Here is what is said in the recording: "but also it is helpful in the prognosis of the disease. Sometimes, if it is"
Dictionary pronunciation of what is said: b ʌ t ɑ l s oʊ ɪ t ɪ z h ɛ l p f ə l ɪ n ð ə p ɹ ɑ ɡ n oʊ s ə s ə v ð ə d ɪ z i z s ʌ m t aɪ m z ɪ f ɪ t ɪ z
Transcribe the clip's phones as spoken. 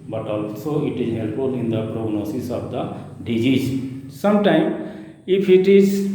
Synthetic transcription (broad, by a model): b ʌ t ɑ l s oʊ ɪ t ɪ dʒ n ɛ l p ə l ɪ n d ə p ɹ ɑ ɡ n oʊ s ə s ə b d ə d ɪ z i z s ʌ m t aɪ m ɪ p ɪ t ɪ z